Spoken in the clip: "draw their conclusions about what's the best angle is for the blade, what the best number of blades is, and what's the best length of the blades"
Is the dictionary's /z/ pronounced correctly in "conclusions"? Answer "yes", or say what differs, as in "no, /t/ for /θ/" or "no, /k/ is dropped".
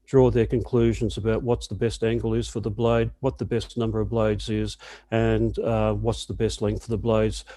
yes